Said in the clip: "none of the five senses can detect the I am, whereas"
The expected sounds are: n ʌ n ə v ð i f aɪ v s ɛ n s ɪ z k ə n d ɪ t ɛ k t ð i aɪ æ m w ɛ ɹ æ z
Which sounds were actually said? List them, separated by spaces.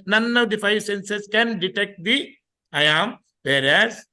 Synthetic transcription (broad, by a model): n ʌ n ə v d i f aɪ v s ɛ n s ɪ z k ə n d ɪ t ɛ k t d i aɪ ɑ m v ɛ ɹ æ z